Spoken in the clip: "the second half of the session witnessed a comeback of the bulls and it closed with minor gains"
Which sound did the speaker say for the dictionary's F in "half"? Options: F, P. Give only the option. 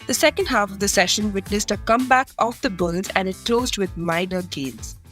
F